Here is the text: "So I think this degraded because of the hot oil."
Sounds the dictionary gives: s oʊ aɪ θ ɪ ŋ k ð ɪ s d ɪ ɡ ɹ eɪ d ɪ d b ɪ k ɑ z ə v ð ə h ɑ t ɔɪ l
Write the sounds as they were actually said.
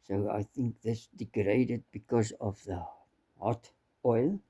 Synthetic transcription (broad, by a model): s oʊ aɪ θ ɪ ŋ k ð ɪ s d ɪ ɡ ɹ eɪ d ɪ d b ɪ k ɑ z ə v ð ə h ɑ t ɔɪ l